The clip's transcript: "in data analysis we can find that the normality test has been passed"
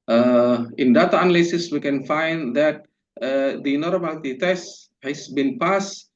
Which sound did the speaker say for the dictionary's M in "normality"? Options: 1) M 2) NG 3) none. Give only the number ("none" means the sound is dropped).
3